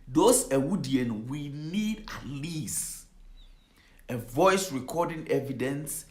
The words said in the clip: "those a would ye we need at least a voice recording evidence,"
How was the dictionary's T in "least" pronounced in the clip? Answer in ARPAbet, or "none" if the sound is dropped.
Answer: none